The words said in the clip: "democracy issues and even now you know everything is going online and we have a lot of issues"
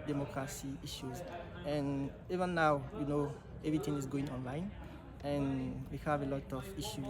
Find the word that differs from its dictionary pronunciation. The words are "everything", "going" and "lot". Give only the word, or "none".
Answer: everything